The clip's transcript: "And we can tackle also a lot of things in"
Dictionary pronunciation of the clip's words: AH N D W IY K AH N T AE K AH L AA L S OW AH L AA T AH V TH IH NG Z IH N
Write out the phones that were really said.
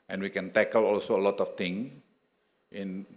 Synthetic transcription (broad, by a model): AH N W IY K AH N T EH K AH L AA L S OW AH L AA T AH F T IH NG IH N